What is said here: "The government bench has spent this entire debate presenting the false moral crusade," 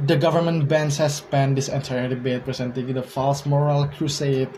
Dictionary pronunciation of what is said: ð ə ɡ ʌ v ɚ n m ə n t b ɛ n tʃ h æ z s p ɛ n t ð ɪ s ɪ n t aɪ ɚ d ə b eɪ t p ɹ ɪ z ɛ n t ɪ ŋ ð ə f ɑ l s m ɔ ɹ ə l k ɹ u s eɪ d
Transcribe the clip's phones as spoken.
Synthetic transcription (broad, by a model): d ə ɡ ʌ v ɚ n m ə n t b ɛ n s h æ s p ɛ n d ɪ s ɪ n t aɪ ɚ d ə b eɪ t p ɹ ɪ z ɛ n t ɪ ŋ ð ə f ɑ l s m ɔ ɹ ə l k ɹ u s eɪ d